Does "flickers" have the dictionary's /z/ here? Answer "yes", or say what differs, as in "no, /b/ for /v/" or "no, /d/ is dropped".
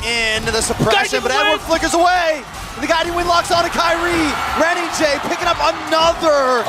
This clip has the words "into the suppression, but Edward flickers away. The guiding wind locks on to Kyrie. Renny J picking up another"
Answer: yes